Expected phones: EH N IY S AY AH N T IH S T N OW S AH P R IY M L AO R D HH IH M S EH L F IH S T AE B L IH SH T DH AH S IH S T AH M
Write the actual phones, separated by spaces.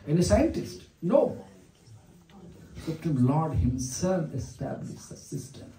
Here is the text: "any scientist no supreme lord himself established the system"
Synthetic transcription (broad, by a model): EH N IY S AY AH N T IH S T N OW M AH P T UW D L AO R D HH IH M S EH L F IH S T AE B L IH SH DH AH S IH S T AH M